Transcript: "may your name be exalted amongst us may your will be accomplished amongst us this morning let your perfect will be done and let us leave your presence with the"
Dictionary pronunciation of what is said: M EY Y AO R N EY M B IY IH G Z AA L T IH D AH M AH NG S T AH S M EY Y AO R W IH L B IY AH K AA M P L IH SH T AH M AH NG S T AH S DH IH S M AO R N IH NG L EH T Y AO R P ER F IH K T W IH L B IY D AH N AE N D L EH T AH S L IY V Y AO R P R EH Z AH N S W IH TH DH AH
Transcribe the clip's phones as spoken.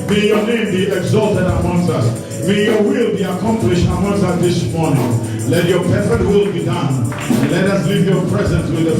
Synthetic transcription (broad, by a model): M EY Y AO N EY M B IY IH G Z AA L T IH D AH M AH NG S AH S M EY Y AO W IH L B IY AH K AA M P L IH SH T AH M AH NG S AH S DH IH S M AO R N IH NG L EH T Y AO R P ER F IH T W IH L B IY D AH N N L EH T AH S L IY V Y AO P R EH Z AH N S W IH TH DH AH